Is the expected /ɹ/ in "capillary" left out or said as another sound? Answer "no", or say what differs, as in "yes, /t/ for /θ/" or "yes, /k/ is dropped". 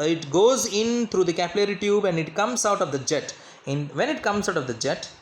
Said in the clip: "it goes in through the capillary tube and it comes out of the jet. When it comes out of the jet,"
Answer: no